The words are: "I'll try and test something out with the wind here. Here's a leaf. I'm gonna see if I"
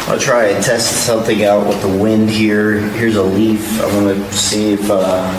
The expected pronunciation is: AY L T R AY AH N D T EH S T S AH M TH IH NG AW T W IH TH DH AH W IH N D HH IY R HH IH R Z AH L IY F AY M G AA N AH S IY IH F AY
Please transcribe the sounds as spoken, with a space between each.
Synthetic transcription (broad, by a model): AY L T R AY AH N T EH S T S AH M TH IH NG AW T W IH DH AH W IH N D HH IY R HH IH R Z AH L IY F AY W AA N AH S IY IH F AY